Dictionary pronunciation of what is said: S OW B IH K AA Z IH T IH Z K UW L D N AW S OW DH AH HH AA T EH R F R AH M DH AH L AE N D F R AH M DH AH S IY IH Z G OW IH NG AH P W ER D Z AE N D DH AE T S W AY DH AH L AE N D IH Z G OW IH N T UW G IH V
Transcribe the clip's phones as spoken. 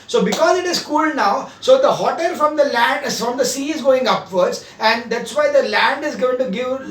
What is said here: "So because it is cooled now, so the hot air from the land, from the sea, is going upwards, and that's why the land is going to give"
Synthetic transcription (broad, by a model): S OW B IH K AA Z IH T IH Z K UW L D N AW S OW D AH HH AA T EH L F R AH M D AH L AE N D F R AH M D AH S IY IH Z G OW IH NG AH P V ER D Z AE N D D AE T S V AY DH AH L AE N D IH Z G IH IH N T UW G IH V